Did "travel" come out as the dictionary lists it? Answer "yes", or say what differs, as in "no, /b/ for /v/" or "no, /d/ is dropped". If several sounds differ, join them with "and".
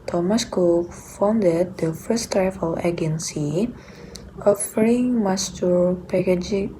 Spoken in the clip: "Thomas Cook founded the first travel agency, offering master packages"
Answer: no, /f/ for /v/